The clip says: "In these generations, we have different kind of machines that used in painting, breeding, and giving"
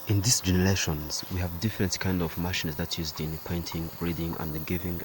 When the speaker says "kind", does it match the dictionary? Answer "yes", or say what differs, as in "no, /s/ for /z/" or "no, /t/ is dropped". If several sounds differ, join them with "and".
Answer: yes